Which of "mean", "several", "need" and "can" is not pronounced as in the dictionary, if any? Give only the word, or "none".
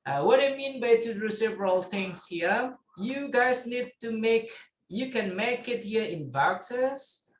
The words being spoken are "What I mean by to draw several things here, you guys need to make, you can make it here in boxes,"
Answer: none